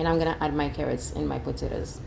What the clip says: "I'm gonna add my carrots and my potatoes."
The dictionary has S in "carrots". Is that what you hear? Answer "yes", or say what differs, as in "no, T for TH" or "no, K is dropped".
yes